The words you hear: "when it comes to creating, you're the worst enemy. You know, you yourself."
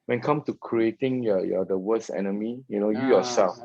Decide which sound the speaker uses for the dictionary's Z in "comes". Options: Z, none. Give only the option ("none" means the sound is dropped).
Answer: none